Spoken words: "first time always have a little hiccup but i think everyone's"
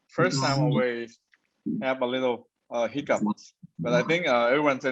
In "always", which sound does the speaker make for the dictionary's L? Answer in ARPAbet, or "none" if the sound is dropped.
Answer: none